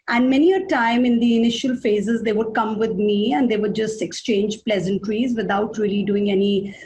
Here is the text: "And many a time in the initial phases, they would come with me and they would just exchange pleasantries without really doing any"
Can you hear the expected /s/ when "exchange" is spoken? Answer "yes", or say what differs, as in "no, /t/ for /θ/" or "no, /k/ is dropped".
yes